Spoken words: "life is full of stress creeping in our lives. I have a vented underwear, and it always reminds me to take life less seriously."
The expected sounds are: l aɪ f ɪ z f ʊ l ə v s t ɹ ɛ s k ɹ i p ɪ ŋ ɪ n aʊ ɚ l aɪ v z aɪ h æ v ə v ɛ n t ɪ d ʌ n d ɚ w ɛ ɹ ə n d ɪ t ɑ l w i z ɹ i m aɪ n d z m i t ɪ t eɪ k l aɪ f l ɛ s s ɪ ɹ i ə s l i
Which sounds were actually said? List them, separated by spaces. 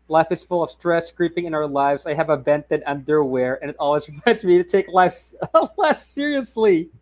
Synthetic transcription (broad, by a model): l aɪ f ɪ z f ʊ l ə v s t ɹ ɛ s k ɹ i p ɪ ŋ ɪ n aʊ ɚ l aɪ v z aɪ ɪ v ə b ɛ n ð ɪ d ʌ n d ɚ w ɛ ɹ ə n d ɪ t ɑ l w i z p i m aɪ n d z m i t ɪ t eɪ k l aɪ f l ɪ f s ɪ ɹ i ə s l i